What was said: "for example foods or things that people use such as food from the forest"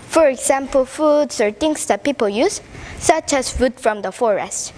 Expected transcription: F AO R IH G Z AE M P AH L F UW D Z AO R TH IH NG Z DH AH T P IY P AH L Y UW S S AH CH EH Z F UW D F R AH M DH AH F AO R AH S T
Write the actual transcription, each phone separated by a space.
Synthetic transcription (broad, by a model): F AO R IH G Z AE M P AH L F UW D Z AO R T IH NG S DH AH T P IY P AH L Y UW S S AH CH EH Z F UW D F R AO M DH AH F AO R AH S T